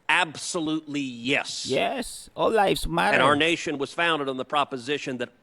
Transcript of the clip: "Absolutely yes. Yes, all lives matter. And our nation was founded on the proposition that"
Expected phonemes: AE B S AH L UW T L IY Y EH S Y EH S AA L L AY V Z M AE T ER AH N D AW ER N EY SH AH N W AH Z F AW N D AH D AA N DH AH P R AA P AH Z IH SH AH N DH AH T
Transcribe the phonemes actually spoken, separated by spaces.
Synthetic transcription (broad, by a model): AE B S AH L UW T L IY Y EH S Y EH S AA L L AY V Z M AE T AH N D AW ER N EY SH AH N W AH Z F AW N D AH D N DH AH P R AA P AH Z IH SH AH N DH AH T